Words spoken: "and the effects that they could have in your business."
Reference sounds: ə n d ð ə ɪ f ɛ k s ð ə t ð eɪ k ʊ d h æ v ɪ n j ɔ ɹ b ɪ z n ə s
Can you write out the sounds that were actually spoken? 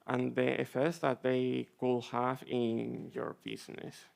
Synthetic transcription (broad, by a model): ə n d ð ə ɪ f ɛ s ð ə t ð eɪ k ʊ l h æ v ɪ n j ɔ ɹ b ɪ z n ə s